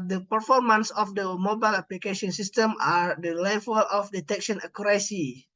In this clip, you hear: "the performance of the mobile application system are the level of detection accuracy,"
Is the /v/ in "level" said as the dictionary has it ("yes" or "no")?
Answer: no